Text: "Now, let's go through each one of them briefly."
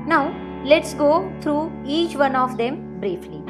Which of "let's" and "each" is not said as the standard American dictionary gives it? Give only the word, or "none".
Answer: none